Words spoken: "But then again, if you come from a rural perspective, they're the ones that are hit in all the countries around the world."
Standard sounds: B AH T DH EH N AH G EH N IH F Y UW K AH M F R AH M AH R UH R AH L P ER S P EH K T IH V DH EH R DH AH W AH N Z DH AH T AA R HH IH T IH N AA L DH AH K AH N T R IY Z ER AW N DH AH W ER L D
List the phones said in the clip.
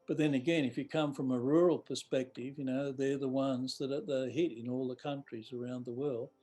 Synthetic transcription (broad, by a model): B AH T DH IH N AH G EH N IH F Y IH K AH M F R AH M AH R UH R L P ER S P EH K T IH V DH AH R DH AH W AH N Z DH AH T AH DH HH IH T IH N AA L DH AH K AH N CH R IY Z ER AW N DH AH W ER L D